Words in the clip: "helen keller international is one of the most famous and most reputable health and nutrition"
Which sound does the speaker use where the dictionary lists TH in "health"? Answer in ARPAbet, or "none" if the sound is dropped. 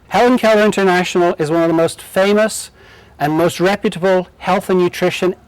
TH